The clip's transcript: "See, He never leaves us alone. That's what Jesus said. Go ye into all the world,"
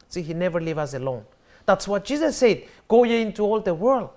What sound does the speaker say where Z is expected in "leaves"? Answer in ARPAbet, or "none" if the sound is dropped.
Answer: none